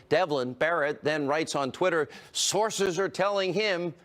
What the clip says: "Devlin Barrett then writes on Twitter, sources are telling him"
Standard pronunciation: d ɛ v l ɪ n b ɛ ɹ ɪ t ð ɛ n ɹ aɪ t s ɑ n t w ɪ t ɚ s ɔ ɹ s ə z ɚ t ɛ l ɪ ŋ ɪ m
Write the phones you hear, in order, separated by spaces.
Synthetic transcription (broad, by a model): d ɛ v l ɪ n b ɛ ɹ ɪ t ð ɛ n ɹ aɪ t s n t w ɪ t ɚ s ɔ ɹ s ə z ɚ t ɛ l ɪ ŋ ɪ m